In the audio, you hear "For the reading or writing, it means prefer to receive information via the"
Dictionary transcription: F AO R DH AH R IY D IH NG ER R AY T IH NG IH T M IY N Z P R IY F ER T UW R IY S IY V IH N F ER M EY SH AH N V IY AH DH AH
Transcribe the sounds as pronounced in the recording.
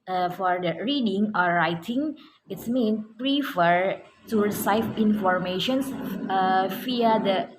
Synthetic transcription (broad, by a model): F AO R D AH R IY D IH NG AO R AY T IH NG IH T M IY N P R IY F ER T UW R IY S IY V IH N F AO M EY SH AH N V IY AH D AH